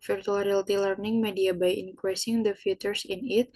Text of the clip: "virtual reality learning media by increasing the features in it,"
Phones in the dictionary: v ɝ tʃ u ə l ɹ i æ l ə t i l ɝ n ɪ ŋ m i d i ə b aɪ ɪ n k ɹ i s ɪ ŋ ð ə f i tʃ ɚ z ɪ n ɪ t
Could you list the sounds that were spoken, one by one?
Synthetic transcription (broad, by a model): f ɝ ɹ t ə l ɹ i l t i l ɝ n ɪ ŋ m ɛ d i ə b aɪ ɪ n k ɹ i s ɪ ŋ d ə f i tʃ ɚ s ɪ n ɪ t